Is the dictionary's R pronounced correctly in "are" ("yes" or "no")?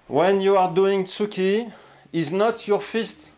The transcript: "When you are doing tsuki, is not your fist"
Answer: yes